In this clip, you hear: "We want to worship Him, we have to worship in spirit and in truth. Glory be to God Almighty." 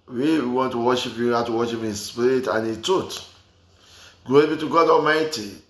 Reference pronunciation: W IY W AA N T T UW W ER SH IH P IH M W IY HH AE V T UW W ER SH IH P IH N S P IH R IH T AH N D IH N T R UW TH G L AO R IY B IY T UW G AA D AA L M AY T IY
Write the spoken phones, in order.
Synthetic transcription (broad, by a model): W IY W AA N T T UW W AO SH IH P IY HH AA T UW W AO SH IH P IH N S P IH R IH T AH N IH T UW T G AO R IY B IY T UW G AA D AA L M AY T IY